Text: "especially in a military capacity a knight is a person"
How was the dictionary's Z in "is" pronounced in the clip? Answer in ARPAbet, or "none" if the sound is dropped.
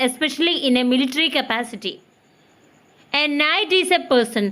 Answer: S